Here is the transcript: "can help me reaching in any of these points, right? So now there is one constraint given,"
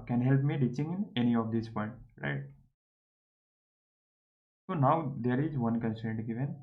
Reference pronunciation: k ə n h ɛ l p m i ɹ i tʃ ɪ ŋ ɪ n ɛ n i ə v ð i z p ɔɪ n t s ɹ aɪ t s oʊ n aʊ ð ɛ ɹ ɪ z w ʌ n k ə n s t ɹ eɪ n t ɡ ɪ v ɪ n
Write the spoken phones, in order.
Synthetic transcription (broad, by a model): k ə n h ɛ l p m i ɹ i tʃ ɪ ŋ ɪ n ɛ n i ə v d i s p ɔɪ n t ɹ aɪ t s oʊ n aʊ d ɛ ɹ ɪ z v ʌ n k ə n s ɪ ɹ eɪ n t ɡ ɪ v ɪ n